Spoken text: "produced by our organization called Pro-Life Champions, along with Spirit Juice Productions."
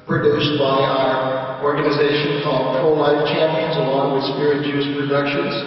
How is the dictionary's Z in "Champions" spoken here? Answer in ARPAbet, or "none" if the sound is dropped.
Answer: Z